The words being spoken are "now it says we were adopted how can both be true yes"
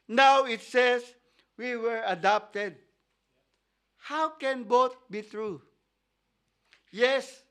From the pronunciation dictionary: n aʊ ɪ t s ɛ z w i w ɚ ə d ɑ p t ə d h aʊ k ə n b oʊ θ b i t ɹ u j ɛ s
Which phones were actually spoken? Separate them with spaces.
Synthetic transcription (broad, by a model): n aʊ ɪ t s ɛ s w i w ɚ ə d ɑ p t ə d h aʊ k ə n b oʊ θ b i t ɹ u j ɛ s